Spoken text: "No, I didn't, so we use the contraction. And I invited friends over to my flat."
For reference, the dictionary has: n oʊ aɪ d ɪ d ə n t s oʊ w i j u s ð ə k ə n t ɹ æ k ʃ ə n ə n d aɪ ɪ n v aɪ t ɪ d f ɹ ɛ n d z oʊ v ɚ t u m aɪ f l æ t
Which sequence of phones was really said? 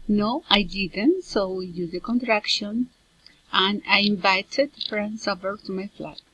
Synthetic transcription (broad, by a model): n oʊ aɪ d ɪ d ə n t s oʊ w i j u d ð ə k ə n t ɹ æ k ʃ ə n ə n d aɪ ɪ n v aɪ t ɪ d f ɹ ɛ n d s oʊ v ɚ t u m aɪ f l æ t